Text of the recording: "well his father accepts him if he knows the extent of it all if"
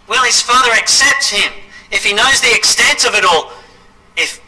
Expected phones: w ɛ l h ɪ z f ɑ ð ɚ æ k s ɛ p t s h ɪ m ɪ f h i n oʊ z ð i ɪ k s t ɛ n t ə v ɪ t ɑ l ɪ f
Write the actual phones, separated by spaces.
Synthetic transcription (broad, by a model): w ɛ l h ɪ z f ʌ ð ɚ æ k s ɛ p t s h ɪ m ɪ f h i n oʊ z ð i ɪ k s t ɛ n t ə v ɪ t ɑ l ɪ f